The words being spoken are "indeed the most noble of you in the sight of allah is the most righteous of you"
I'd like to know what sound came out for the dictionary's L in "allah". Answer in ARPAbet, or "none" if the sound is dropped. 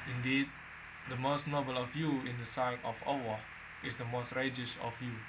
W